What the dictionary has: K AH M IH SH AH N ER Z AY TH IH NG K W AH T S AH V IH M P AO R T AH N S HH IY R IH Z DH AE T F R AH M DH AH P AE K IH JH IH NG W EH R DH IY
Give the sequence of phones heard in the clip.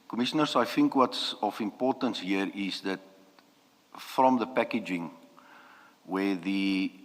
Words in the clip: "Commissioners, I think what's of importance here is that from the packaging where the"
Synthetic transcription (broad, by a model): K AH M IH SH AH N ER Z AY TH IH NG K W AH T S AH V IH M P AO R T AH N S HH IY R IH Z DH AE T F R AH M DH AH P AE K IH JH IH NG W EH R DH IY